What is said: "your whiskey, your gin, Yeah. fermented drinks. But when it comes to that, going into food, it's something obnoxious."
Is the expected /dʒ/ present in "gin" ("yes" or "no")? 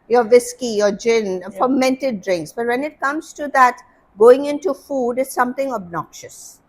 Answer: yes